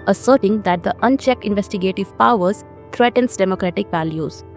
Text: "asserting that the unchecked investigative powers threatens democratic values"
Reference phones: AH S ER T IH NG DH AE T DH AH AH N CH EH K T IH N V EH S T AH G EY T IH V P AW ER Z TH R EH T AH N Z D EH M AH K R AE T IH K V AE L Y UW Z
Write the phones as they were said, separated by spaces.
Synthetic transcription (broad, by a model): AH S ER T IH NG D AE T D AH AH N CH EH K T IH N V EH S T AH G EY T IH V P AW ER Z T R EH T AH N S D EH M AH K R AE T IH K V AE L Y UW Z